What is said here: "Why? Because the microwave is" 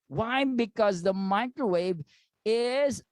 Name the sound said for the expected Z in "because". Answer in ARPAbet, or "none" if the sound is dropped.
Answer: Z